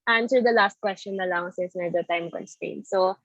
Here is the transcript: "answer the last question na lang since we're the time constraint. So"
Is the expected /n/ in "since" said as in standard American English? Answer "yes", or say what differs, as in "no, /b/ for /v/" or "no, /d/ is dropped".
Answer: no, /n/ is dropped